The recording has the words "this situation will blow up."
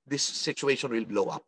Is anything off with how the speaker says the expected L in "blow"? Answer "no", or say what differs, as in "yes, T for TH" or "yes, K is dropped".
no